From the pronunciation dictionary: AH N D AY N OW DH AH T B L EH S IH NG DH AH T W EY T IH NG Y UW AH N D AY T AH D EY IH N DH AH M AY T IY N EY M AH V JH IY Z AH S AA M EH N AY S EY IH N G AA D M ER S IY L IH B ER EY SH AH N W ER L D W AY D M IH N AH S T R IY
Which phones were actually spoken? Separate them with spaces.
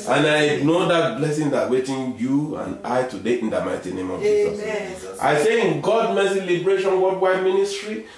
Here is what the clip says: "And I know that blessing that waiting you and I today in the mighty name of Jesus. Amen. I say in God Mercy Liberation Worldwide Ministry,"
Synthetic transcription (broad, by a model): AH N AY N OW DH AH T B L EH S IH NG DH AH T W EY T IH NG Y UW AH N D AY T AH D EY IH N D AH M AY T IY N EY M AH V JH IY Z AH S AA IH S EY IH N G AA D M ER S IY L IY B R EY SH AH N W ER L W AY M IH N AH S T R IY